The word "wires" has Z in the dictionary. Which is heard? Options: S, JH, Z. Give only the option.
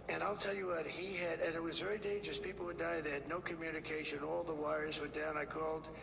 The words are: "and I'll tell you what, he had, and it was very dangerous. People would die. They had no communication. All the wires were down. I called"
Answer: Z